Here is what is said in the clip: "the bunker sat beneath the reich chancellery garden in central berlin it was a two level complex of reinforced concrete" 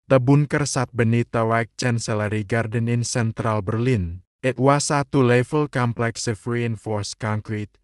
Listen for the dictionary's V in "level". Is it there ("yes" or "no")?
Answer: no